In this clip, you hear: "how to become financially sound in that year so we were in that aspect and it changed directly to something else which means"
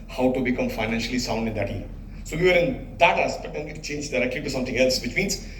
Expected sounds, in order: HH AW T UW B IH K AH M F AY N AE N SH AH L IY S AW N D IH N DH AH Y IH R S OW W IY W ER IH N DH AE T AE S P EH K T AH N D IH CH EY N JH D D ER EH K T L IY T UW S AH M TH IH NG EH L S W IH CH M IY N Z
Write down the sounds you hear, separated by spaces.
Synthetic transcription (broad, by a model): HH AW T UW B IH K AH M F AY N AE N SH AH L IY S AW N D IH N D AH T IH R S OW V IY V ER IH N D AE T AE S B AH T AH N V IH CH EY N JH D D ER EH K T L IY T UW S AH M T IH NG EH L S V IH CH M IY N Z